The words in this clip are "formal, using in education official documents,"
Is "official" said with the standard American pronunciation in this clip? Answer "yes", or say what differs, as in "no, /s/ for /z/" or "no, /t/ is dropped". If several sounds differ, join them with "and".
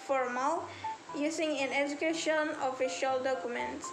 yes